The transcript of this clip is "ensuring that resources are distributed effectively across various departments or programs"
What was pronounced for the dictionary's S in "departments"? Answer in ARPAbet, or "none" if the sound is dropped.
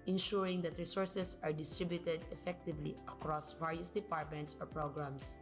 S